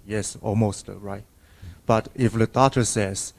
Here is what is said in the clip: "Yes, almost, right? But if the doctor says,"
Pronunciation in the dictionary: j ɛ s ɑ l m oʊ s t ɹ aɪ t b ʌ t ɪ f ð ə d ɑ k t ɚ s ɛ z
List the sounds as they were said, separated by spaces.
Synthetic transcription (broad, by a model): j ɛ s ɑ l m oʊ s t ɹ aɪ t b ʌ t ɪ f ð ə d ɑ t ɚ s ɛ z